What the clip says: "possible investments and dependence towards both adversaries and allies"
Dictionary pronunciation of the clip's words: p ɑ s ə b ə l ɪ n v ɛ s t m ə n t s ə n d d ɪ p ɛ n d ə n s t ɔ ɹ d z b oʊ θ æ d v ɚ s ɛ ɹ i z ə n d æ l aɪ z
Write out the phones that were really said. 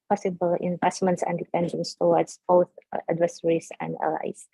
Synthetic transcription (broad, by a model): p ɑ s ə b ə l ɪ n v ɛ s t m ə n t s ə n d d ɪ p ɛ n d ə n s t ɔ w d s b oʊ θ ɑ d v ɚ s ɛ ɹ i s ə n d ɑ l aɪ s